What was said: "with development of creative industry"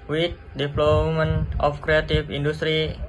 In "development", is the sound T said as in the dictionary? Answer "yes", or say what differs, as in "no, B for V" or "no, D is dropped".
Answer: no, T is dropped